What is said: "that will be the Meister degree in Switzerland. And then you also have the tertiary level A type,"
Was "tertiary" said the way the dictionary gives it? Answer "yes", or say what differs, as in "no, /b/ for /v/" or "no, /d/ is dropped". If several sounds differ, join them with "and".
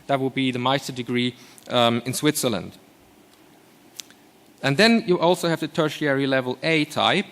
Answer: yes